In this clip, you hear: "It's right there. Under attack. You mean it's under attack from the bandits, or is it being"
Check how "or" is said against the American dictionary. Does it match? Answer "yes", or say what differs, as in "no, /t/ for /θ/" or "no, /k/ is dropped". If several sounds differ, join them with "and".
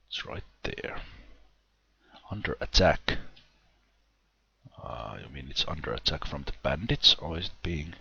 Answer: no, /l/ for /ɹ/